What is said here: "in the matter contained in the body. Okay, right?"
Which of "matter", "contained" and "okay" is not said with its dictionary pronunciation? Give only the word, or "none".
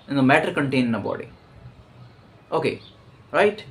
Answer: contained